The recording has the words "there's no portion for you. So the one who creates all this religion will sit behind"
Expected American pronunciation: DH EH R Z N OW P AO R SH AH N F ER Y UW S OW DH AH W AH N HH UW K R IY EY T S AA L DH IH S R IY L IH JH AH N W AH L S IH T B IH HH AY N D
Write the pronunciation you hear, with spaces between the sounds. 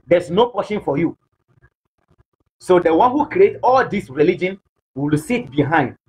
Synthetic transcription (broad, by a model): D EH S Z N OW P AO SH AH N F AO Y UW S OW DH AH W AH N HH UW K R IY EY T AA L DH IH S R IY L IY JH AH N W AH L S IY T B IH HH AY N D